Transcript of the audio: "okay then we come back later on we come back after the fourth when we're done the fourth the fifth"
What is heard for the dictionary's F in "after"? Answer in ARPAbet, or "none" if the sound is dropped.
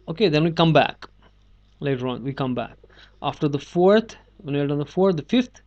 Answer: F